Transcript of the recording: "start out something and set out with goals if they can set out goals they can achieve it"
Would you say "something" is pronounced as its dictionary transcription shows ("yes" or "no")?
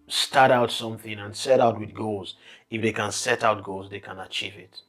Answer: yes